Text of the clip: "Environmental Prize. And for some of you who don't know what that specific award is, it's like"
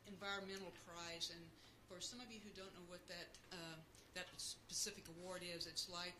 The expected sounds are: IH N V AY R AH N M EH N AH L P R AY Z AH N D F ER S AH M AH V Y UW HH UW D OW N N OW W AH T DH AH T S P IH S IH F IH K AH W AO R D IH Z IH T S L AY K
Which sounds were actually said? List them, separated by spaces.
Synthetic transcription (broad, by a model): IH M V AY R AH N M EH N L P R AY Z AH N F ER S AH M AH V Y UW HH UW D OW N N OW W AH T DH AH T S P IH S IH F IH K AH W AO R D IH Z IH T S L AY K